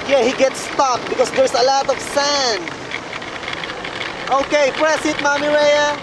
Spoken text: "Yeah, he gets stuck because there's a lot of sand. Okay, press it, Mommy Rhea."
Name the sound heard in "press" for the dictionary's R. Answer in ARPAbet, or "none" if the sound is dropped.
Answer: R